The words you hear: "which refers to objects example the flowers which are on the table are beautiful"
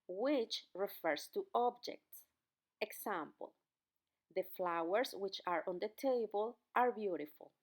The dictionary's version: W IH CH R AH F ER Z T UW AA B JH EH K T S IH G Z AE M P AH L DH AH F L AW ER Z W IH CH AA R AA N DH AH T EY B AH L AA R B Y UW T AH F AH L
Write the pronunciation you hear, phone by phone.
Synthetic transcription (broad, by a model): W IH CH R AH F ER S T UW AA B JH EH K T S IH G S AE M P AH L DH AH F L AW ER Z W IH CH AA R AA N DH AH T EY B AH L AA R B Y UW T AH F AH L